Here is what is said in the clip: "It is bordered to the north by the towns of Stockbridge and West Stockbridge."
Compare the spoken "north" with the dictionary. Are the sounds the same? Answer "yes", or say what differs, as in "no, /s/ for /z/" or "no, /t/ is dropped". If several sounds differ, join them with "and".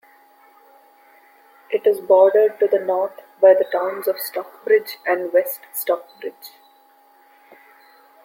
no, /t/ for /θ/